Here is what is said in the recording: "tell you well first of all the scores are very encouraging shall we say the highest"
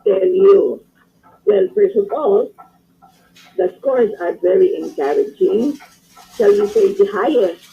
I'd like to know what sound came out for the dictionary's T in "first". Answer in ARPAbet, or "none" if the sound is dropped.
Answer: none